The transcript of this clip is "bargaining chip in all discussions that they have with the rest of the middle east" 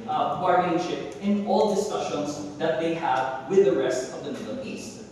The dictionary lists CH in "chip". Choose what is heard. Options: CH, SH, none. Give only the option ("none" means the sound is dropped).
SH